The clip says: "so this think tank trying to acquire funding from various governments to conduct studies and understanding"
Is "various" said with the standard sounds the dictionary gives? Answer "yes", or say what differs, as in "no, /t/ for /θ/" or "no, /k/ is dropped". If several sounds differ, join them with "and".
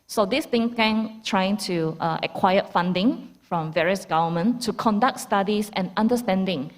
yes